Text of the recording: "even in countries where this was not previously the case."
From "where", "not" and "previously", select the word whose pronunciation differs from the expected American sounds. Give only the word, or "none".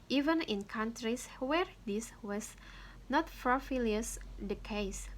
previously